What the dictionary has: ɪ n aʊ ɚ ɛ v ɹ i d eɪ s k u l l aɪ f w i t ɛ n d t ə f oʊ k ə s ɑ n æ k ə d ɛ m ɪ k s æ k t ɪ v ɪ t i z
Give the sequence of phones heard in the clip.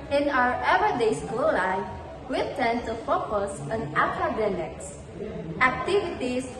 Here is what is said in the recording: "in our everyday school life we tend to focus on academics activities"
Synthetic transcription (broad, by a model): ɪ n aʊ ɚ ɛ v i d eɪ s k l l aɪ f w i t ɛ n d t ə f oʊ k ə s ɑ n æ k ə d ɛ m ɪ k s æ k t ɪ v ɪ t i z